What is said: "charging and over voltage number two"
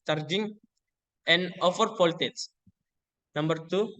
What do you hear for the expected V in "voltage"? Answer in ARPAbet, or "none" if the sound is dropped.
P